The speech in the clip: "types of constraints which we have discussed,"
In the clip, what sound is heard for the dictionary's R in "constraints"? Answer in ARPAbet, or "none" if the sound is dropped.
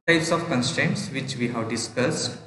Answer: R